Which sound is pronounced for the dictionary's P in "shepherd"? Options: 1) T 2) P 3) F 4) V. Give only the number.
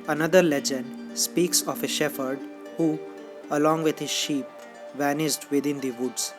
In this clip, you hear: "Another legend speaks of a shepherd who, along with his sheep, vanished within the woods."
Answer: 3